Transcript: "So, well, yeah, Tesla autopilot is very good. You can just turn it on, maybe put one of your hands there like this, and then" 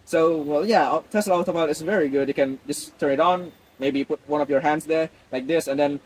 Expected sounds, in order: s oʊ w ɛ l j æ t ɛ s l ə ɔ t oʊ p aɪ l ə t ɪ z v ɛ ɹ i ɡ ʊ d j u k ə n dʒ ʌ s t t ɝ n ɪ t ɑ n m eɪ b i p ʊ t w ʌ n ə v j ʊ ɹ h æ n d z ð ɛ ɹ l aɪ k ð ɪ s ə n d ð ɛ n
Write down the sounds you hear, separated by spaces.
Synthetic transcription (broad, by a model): s oʊ w ɛ l j æ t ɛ s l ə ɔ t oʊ b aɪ ə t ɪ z v ɛ ɹ i ɡ ʊ d j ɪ k ə n dʒ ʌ s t t ɝ n ɪ t n m eɪ b i p ʊ t w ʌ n ə v j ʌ ɹ h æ n d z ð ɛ ɹ l aɪ k ð ɪ s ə n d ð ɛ n